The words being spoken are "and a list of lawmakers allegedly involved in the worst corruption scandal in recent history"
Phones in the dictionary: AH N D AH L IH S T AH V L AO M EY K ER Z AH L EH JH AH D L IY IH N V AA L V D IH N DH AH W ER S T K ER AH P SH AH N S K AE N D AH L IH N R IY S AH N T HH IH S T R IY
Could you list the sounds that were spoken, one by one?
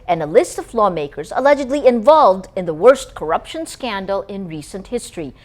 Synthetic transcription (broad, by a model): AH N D AH L IH S T AH V L AO M EY K ER Z AH L EH JH AH D L IY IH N V AA L V D IH N DH AH W ER S T K ER AH P SH AH N S K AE N D L IH N R IY S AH N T HH IH S T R IY